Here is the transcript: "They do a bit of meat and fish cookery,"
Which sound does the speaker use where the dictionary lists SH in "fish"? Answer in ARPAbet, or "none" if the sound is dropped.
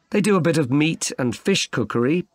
SH